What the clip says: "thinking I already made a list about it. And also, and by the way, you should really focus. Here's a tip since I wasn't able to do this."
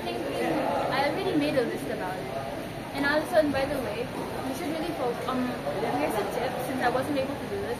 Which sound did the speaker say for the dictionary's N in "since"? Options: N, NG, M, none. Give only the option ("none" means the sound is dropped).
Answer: N